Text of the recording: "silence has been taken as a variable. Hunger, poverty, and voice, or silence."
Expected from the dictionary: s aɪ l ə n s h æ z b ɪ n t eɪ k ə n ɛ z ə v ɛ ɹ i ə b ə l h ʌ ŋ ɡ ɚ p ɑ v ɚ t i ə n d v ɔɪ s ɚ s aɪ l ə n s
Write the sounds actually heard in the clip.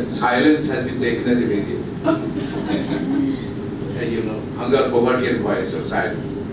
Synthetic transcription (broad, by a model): s aɪ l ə n s h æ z b ɪ n t eɪ k ə n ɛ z ə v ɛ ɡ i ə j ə n h ʌ ŋ ɡ ɚ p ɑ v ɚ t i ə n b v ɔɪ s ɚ s aɪ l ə n s